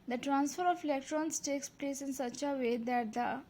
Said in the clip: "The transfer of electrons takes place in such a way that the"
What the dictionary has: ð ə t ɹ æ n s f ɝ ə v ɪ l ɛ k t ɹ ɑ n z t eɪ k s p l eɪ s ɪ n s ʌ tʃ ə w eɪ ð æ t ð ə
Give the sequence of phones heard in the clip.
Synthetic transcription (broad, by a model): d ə t ɹ æ n s f ɝ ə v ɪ l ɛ k t ɹ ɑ n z t eɪ k s p l eɪ s ɪ n s ʌ tʃ ə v eɪ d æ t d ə